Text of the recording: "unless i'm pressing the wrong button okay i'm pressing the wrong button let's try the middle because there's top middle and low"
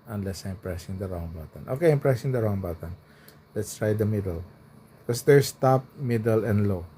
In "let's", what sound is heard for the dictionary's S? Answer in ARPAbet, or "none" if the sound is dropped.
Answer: S